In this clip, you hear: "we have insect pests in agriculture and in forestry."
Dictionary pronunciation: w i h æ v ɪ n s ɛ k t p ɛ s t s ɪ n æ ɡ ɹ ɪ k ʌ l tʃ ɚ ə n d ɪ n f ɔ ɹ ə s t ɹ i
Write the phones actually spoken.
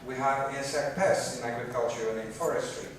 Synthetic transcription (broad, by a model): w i h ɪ w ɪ s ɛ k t p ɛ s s ɪ n æ ɡ ɹ ɪ k ʌ l tʃ ɚ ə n ɪ n f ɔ ɹ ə s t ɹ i